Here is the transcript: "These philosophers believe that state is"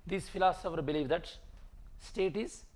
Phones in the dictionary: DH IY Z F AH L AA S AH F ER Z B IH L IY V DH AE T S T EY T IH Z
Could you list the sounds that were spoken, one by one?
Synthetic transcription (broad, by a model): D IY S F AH L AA S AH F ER B IH L IY V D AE T S T EY T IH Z